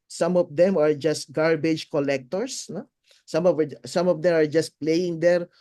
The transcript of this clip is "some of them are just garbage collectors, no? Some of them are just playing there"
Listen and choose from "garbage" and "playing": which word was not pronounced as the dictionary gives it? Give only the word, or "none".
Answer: none